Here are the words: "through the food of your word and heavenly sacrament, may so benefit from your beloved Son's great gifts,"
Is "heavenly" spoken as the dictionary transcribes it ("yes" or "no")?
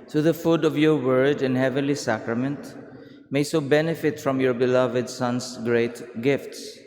yes